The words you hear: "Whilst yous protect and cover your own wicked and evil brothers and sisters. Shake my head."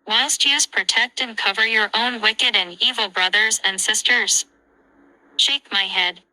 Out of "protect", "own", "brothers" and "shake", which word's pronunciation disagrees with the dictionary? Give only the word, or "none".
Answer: none